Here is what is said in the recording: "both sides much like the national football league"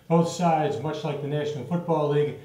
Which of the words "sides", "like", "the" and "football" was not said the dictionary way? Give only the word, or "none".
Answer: none